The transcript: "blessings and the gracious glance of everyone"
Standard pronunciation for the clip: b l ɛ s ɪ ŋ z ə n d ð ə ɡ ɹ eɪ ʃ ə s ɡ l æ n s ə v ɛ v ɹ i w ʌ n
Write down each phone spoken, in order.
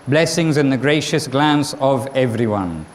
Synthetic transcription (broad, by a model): b l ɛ s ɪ ŋ z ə n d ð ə ɡ ɹ eɪ ʃ ə s ɡ l æ n s ə v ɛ v ɹ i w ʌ n